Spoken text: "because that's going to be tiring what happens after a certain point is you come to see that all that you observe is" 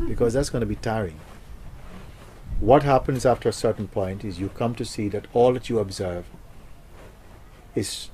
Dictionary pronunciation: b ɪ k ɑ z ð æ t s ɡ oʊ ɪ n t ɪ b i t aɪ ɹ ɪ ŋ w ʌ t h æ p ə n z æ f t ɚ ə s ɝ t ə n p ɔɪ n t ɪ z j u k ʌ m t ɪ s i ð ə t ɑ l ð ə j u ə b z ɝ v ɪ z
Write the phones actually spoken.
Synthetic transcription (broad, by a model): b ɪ k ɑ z ð æ t s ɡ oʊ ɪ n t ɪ b i t aɪ ɹ ɪ ŋ w ʌ t h æ p ə n z æ f t ɚ ə s ɝ t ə n p ɔɪ n t ɪ z j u k ʌ m t ɪ s i ð ə t ɑ l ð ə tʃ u ə b z ɝ v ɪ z